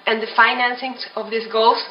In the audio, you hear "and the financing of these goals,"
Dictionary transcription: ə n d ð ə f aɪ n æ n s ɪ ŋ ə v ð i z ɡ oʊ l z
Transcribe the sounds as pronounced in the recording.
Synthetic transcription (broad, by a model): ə n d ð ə f aɪ n æ n s ɪ ŋ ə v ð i s ɡ oʊ l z